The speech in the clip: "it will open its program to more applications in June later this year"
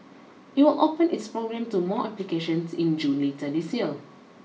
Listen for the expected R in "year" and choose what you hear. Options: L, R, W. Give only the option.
L